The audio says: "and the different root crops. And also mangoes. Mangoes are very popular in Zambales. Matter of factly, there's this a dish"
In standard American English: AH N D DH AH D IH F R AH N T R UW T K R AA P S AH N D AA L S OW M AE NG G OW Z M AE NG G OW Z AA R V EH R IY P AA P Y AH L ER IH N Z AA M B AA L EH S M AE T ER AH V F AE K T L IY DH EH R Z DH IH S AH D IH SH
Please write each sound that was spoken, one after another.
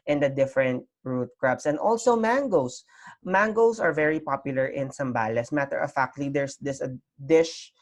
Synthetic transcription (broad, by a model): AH N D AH D IH F R AH N T R UW T K R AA B S AH N D AA L S OW M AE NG G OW S M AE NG G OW S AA R V EH R IY P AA P Y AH L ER IH N S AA M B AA L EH S M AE T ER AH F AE K T L IY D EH R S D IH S AH D IH SH